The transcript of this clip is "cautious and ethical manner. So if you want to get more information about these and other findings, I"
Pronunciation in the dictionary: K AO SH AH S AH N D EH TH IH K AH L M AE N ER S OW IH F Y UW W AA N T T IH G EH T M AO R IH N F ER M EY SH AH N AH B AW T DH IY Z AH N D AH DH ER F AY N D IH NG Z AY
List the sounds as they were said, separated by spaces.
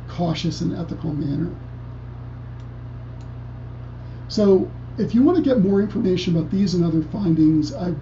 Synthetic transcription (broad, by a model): K AO SH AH S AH N EH TH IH K L M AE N ER S OW IH F Y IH W AA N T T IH G EH T M AO R IH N F ER M EY SH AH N AH B AW T DH IY Z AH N AH DH ER F AY N D IH NG Z AY